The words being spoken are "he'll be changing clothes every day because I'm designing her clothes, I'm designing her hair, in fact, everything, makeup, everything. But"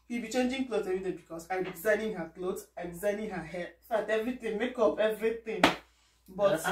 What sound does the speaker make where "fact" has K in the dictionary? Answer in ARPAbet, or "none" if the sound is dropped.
none